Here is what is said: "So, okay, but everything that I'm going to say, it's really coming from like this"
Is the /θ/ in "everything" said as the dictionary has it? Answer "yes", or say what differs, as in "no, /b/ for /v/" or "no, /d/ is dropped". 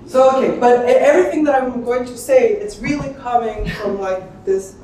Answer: yes